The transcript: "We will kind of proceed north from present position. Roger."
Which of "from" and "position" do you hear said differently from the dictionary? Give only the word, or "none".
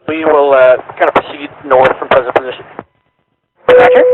none